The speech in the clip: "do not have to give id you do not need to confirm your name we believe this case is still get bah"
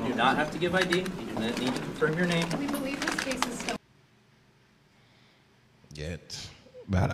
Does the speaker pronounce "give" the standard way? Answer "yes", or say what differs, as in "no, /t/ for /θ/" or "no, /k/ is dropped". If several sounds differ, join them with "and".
yes